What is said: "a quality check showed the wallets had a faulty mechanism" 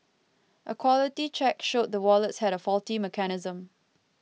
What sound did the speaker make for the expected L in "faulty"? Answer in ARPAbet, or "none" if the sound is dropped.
L